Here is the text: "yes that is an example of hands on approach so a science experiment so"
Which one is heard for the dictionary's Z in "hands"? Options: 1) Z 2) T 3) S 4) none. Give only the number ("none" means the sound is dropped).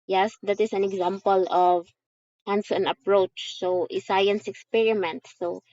3